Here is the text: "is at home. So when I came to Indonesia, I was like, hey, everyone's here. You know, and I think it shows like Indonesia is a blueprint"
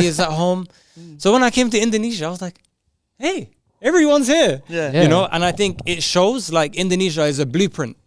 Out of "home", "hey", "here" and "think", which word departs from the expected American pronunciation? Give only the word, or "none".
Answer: none